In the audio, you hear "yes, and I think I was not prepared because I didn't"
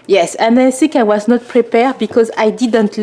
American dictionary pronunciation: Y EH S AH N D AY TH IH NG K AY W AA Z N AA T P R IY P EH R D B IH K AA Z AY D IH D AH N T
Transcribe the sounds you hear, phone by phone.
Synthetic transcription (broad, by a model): Y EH S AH N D AY S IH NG K AY W AA Z N AA T P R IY P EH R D B IH K AA Z AY D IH D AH N T